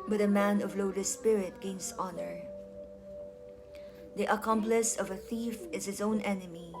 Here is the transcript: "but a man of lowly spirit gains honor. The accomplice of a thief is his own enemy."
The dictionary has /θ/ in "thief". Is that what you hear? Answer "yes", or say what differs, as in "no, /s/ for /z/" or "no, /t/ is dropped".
yes